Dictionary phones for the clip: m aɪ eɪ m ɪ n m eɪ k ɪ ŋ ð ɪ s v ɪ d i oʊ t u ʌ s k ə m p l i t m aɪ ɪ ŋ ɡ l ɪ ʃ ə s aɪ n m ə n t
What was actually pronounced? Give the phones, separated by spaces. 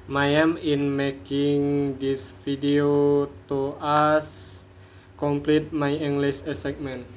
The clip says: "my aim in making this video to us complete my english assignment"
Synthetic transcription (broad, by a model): m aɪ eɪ m ɪ n m eɪ k ɪ ŋ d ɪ s f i d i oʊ t u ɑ s k ə m p l i t m aɪ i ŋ ɡ l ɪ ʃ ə s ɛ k m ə n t